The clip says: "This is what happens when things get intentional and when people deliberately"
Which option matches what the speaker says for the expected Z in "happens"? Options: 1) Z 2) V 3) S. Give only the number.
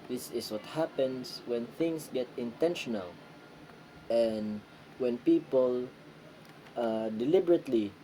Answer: 3